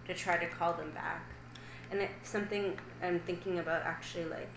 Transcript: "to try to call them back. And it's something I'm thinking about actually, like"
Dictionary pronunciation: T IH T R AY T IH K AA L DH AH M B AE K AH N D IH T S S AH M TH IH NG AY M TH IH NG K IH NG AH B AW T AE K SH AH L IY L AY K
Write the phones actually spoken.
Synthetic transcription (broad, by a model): T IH T R AY T IH K AA L DH AH M B AE K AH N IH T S S AH M TH IH NG AY M TH IH NG K IH NG AH B AW T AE K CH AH L IY L AY K